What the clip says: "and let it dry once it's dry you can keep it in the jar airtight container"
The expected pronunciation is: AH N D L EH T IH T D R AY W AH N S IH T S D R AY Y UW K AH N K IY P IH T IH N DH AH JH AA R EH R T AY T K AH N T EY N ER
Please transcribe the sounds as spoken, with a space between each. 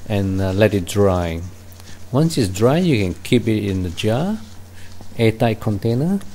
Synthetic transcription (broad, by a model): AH N L EH T IH T D R AY W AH N S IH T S D R AY Y UW K AH N K IY P IH T IH N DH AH JH AA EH T AY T K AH N T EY N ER